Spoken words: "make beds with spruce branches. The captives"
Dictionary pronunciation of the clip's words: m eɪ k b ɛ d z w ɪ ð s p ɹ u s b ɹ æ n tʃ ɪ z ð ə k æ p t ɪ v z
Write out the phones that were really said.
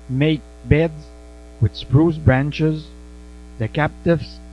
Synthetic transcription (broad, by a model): m eɪ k b ɛ d z w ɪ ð s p ɹ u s b ɹ æ n tʃ ɪ z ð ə k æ p t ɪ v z